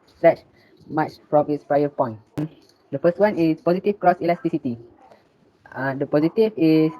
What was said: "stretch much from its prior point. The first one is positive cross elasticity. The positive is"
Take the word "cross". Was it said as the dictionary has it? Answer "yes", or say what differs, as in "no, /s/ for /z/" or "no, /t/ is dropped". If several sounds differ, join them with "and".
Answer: yes